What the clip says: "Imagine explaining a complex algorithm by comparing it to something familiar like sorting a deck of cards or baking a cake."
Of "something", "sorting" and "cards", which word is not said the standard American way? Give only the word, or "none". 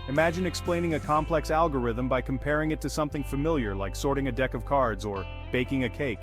none